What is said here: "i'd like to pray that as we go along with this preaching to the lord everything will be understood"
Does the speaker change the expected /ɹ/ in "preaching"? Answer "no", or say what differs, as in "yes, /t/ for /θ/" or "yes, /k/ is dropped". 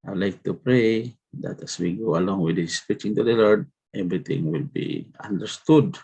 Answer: yes, /ɹ/ is dropped